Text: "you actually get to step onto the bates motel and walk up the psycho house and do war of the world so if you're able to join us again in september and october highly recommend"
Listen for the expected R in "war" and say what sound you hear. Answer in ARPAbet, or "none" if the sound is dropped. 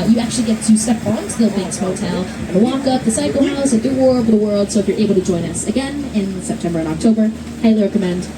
R